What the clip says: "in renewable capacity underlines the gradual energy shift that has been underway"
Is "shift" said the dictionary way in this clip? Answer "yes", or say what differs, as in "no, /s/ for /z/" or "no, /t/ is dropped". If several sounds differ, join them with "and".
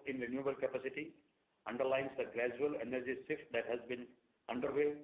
no, /s/ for /ʃ/